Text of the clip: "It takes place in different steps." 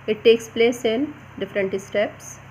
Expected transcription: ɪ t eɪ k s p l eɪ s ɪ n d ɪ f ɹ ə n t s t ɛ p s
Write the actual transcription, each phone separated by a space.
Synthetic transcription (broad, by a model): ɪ t eɪ k s p l eɪ s ɪ n d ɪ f ɹ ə n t s t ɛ p s